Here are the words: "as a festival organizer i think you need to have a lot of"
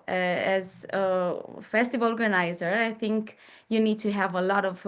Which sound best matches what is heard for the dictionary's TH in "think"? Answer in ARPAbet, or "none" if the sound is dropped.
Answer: TH